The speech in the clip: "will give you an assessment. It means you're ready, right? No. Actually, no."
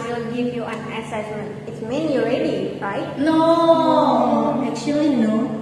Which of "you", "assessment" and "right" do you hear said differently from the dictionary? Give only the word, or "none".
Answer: assessment